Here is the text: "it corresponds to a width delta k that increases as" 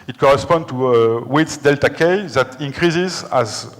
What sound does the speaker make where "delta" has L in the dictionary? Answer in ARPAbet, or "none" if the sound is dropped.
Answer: L